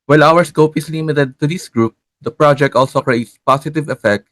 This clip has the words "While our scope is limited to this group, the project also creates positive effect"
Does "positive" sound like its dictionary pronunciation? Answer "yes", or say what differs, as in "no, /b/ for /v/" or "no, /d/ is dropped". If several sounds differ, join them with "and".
no, /s/ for /z/